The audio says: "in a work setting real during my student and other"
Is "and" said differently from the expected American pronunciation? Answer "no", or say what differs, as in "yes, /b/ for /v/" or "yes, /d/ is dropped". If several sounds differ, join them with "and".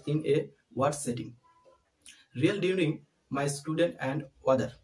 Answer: no